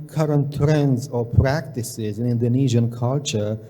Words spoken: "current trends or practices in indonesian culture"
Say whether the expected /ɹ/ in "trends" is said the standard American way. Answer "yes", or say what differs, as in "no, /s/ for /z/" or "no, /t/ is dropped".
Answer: yes